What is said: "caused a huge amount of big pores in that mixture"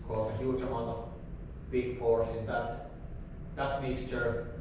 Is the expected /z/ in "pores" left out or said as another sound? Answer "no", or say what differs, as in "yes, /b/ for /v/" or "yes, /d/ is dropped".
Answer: yes, /s/ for /z/